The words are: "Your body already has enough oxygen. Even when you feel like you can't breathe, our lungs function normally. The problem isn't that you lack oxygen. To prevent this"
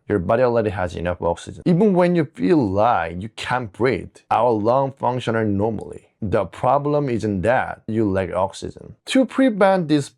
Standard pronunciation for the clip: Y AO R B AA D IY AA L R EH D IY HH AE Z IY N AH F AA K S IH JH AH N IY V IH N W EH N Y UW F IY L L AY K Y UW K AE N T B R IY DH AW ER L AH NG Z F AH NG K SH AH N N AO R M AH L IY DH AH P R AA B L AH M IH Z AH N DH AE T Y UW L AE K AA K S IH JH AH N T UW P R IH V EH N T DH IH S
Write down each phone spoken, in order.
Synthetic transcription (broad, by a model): Y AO R B AA D IY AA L EH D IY HH AE Z IY N AH F AA K S IH JH AH N IY V IH N W EH N Y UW F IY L L AY Y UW K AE N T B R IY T AW ER L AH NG F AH NG K SH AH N N AO R M AH L IY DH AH P R AA B L AH M IH Z AH N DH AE T Y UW L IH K AA K S IH JH AH N T UW P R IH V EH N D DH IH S